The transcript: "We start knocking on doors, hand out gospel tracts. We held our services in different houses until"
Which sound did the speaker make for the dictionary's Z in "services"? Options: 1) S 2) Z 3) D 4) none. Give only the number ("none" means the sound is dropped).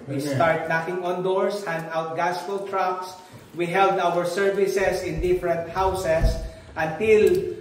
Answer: 1